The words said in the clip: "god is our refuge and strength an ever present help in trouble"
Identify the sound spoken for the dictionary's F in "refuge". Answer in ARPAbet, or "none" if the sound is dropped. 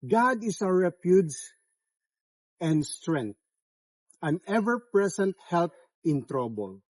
P